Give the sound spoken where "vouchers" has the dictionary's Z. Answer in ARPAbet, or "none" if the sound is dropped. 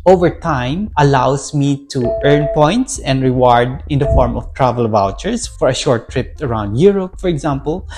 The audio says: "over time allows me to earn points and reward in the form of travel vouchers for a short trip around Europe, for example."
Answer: S